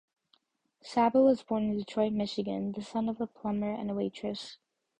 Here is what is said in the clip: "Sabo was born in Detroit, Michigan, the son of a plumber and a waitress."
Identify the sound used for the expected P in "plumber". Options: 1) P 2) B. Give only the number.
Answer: 1